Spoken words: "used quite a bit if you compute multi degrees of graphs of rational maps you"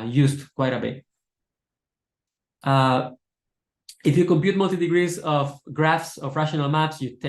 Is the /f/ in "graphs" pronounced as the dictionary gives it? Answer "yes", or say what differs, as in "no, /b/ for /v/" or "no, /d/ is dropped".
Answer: yes